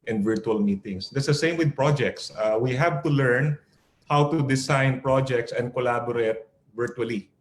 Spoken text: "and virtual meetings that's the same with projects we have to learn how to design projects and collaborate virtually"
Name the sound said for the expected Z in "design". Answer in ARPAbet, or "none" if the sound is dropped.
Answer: S